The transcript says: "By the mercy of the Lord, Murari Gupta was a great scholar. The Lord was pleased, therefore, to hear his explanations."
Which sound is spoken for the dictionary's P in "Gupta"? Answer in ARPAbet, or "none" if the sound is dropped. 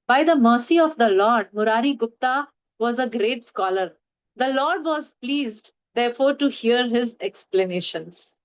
P